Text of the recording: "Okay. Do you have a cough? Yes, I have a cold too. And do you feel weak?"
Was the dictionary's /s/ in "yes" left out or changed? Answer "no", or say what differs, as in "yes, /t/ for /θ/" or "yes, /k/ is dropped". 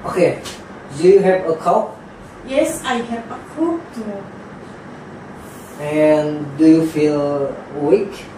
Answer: no